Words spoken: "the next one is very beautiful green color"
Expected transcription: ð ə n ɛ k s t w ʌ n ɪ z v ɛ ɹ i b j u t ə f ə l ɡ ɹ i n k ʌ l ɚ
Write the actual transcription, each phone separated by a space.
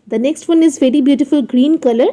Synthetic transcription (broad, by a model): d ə n ɛ k s t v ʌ n ɪ z v ɛ ɹ i b j u t ə f ə l ɡ ɹ i n k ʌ l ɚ